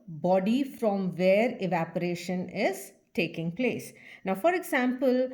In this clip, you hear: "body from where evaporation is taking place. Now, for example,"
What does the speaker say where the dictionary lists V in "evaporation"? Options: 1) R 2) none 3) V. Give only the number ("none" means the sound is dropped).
3